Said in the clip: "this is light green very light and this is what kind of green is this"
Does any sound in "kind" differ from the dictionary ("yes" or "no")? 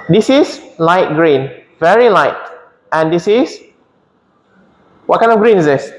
yes